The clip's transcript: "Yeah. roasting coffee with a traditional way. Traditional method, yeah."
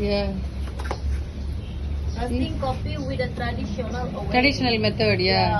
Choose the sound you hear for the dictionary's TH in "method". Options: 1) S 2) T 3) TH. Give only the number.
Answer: 2